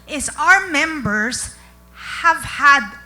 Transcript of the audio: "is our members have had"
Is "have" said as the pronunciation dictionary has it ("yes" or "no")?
yes